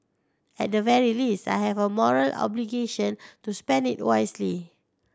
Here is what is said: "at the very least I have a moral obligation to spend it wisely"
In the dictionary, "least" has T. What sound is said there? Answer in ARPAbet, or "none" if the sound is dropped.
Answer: T